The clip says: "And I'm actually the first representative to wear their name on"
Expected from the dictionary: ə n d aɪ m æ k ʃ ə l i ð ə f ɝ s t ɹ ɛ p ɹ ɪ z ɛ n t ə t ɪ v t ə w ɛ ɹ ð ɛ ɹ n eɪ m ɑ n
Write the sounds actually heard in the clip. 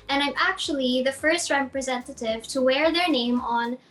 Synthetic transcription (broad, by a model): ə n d aɪ m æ k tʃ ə l i ð ə f ɝ s t ɹ ɛ p ɹ ɪ z ɛ n t ə t ɪ v t ə w ɛ ɹ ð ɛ ɹ n eɪ m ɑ n